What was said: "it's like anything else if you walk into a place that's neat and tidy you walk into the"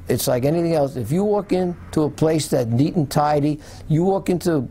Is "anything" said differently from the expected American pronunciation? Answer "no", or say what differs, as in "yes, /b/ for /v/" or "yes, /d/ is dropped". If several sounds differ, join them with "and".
no